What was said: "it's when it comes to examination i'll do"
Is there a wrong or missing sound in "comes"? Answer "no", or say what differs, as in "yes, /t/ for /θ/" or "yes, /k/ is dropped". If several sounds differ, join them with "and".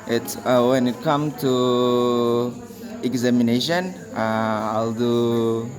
yes, /z/ is dropped